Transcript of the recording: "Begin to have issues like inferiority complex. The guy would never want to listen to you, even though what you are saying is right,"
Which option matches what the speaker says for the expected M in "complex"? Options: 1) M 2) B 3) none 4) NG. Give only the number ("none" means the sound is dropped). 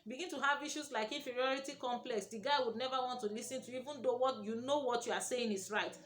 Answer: 1